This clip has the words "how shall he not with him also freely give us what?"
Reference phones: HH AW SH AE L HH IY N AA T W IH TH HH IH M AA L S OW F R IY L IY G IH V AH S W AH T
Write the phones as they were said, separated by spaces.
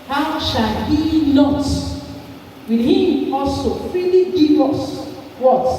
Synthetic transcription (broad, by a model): HH AW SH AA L HH IY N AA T W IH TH HH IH M AA L S OW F IY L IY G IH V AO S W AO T